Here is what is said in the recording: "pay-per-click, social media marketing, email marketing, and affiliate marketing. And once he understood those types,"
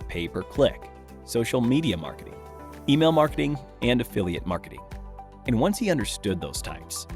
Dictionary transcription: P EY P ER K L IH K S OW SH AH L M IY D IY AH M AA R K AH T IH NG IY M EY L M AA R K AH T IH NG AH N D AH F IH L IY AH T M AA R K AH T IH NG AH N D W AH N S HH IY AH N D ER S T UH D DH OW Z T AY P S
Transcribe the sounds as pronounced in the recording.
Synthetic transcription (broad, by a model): P EY P ER K L IH K S OW SH L M IY D IY AH M AA R K AH T IH NG IY M EY L M AA R K AH T IH NG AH N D AH F IH L IY AH T M AA R K AH T IH NG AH N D W AH N S HH IY AH N D ER S T UH D DH OW Z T AY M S